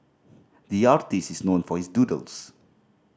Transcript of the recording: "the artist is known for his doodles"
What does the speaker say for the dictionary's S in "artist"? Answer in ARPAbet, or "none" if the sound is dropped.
S